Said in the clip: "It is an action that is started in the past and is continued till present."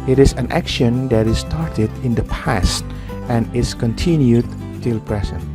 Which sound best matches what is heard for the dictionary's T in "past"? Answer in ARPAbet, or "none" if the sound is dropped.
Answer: T